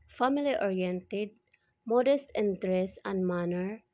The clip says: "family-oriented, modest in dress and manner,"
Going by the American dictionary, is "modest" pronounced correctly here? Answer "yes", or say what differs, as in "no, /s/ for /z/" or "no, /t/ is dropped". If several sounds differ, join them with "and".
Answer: yes